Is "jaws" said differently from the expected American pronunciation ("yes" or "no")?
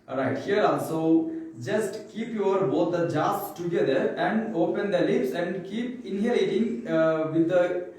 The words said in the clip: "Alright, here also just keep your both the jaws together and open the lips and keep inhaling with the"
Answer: yes